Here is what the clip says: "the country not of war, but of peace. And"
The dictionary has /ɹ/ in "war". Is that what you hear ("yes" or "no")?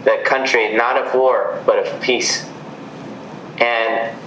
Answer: yes